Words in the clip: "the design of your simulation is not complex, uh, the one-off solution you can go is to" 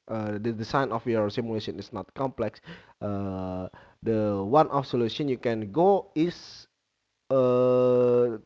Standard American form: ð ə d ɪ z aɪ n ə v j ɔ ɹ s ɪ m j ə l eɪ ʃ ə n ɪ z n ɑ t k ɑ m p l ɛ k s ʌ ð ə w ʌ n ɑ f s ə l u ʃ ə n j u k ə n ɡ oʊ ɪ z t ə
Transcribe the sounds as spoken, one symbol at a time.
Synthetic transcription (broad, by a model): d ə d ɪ s aɪ n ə f j ɔ ɹ s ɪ m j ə l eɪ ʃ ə n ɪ s n ɑ t k ɑ m p l ɛ k s ʌ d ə w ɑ n ɑ f s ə l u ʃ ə n j u k ə n ɡ oʊ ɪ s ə